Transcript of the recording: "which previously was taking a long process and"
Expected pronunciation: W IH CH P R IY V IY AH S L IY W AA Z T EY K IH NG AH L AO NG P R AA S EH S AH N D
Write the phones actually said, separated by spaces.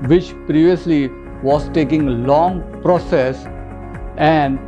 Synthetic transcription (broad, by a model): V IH CH P R IY V IY AH S L IY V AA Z T EY K IH NG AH L AO NG P R AA S EH S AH N D